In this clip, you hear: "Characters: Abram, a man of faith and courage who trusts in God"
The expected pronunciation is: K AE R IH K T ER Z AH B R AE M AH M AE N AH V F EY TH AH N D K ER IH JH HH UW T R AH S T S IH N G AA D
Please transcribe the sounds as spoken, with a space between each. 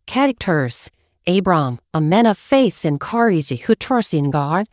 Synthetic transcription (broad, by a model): K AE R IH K T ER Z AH B R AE M AH M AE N AH V F EY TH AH N K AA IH Z HH UW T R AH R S IH N G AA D